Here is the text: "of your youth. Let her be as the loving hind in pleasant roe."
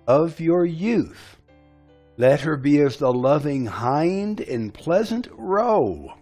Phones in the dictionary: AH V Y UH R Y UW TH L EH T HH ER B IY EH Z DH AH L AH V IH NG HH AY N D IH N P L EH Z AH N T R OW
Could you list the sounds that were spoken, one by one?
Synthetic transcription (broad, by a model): AH V Y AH R Y UW TH L EH T HH ER B IY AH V DH AH L AH V IH NG HH AY N D IH N P L EH Z AH N T R OW